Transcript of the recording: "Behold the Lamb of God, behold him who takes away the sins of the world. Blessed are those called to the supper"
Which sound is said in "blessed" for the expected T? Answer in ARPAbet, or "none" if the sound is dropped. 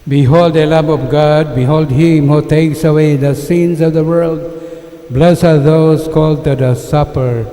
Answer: none